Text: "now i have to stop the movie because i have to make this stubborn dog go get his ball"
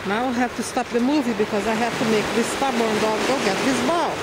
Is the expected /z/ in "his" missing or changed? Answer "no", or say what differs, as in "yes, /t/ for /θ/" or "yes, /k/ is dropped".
yes, /s/ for /z/